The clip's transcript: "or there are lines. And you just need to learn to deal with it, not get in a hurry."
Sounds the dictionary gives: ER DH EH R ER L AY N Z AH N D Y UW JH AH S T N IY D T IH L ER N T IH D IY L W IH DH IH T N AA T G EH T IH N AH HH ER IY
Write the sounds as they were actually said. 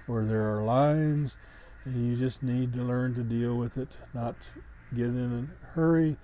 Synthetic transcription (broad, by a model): ER DH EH R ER L AY N Z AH N Y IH JH AH S T N IY D T IH L ER N T IH D IY L W IH DH IH T N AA T G EH T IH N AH HH ER IY